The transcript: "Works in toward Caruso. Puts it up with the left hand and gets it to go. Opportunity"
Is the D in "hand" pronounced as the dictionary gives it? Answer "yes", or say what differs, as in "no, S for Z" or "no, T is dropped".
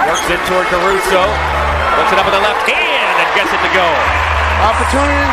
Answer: no, D is dropped